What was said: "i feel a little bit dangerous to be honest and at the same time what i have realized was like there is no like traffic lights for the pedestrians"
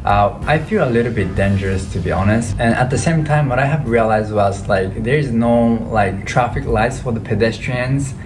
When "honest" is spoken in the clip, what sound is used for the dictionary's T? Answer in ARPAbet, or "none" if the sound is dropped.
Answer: T